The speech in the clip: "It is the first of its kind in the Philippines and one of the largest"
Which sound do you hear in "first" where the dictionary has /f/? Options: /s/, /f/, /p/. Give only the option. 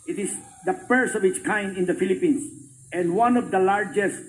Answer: /p/